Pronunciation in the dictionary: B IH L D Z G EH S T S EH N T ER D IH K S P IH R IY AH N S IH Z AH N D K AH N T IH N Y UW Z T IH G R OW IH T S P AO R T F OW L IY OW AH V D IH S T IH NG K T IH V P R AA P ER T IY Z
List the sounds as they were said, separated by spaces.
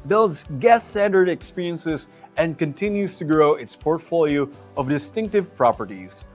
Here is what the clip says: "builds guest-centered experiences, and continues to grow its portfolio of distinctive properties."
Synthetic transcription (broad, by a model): B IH L D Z G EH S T S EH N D ER D IH K S P IH R IY AH N S IH Z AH N K AH N T IH N Y UW Z T IH G R OW IH T S P AO R T F OW L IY OW AH V D IH S T IH NG K T IH V P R AA P ER T IY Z